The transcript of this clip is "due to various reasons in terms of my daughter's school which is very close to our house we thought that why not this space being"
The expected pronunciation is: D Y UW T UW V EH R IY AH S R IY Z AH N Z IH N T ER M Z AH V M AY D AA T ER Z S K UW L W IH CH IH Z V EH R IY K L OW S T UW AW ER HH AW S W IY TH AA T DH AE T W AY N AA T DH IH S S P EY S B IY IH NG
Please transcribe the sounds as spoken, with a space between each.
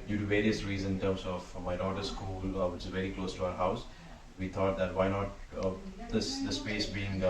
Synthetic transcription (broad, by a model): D Y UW T UW V EH R IY AH S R IY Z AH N IH N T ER M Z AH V M AY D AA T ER S K UW L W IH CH IH Z V EH R IY K L OW S T UW AW ER HH AW S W IY T AA T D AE T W AY N AA T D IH S S P EY S B IY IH NG